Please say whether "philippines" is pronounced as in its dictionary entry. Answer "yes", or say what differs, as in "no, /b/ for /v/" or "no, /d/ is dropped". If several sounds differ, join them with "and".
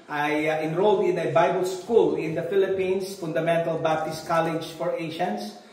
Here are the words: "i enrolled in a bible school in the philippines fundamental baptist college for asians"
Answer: no, /s/ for /z/